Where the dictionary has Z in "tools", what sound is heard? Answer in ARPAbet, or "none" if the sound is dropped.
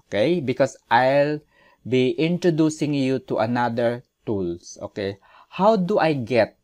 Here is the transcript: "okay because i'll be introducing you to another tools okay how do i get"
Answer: S